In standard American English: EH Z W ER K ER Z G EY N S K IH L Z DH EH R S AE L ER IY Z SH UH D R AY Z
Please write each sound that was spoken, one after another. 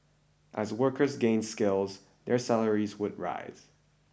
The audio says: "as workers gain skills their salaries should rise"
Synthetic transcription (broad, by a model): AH Z W ER K ER Z G EY N S K IH L Z DH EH R S AE L ER IY Z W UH D R AY Z